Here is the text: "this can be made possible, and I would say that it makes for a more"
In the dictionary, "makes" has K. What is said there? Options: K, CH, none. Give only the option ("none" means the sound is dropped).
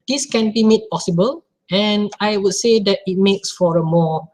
K